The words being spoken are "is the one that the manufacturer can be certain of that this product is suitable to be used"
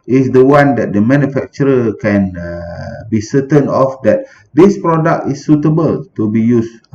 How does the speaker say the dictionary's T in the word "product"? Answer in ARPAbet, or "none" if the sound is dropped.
T